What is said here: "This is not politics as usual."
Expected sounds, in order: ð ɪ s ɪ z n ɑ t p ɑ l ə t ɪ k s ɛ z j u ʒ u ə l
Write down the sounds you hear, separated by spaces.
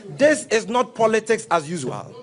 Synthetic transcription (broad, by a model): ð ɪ s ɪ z n ɑ t p ɑ l ə t ɪ k s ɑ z j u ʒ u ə l